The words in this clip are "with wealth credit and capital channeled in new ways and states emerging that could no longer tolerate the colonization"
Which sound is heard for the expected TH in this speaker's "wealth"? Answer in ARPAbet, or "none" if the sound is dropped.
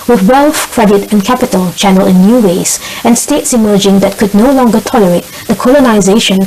F